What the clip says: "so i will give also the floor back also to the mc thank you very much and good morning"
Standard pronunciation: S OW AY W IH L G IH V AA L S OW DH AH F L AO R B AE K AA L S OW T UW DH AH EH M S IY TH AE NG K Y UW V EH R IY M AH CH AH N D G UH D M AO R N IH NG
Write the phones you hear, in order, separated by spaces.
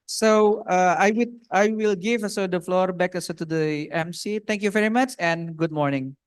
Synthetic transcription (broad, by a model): S OW AY W IH L G IH V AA S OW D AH F L AO R B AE K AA S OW T UW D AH EH M S IY T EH NG K Y UW V EH R IY M AH CH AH N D G UH D M AO R N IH NG